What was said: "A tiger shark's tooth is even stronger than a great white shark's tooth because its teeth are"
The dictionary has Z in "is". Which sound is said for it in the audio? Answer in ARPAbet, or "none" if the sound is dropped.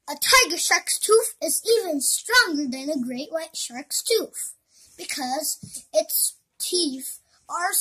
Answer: Z